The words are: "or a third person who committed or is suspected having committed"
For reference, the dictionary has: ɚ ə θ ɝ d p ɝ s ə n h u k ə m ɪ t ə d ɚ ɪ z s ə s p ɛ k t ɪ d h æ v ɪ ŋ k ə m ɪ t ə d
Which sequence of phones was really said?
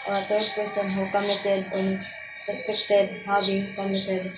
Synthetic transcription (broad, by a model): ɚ ə t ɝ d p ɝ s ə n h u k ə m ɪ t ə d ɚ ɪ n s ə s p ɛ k t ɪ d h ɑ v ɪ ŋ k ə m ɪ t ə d